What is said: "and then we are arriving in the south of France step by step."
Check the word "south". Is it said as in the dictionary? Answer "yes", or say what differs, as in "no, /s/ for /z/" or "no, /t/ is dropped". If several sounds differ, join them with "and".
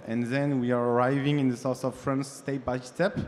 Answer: no, /s/ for /θ/